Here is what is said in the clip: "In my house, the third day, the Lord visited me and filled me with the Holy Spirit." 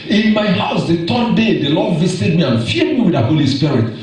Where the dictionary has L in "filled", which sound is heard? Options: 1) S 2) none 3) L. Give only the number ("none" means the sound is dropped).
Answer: 2